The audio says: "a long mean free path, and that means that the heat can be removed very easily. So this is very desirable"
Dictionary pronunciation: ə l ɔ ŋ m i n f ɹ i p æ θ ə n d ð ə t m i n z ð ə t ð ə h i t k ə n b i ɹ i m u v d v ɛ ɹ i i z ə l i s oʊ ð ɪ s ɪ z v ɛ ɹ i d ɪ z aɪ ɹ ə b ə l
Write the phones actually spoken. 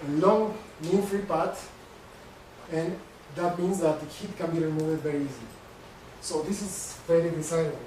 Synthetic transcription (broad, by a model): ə l ɔ ŋ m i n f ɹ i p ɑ t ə n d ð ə t m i n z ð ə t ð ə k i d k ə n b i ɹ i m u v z v ɛ ɹ i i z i s oʊ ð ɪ s ɪ z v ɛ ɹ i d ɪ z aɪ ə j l